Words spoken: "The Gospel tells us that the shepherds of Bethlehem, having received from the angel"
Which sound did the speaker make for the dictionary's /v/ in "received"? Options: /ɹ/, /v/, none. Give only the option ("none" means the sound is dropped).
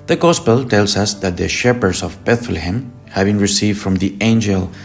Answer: /v/